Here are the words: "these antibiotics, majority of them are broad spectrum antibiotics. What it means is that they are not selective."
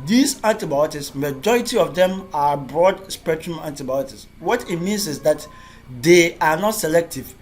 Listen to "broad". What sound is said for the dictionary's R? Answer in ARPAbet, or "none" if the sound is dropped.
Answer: R